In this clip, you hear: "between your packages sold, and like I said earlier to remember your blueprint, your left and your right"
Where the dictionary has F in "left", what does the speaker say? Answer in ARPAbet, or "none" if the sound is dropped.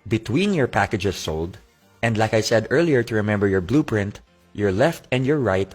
F